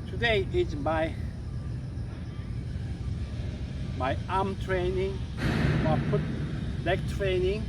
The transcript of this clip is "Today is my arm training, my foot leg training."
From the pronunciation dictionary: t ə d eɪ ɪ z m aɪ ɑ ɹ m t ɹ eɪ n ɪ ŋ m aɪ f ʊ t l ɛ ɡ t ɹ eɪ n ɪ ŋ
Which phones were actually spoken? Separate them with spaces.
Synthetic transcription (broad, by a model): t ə d eɪ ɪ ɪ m aɪ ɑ m t ɹ eɪ n ɪ ŋ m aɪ p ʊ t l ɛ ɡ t ɹ eɪ n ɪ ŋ